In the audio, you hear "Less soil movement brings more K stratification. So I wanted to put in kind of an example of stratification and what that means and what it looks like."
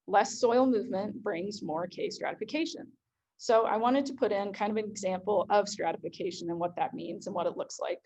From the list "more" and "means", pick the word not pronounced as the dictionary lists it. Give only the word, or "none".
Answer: none